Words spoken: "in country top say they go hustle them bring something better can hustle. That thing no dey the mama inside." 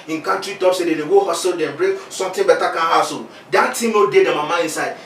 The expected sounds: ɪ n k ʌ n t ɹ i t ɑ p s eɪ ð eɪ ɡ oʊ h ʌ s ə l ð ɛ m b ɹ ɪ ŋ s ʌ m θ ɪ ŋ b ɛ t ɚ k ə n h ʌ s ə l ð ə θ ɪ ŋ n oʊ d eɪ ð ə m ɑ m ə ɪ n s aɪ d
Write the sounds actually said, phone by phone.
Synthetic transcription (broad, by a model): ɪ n k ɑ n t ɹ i t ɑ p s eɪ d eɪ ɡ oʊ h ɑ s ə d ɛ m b ɹ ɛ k s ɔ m t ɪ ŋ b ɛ t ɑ k ə n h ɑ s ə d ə t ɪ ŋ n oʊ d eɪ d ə m ɑ m ə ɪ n s aɪ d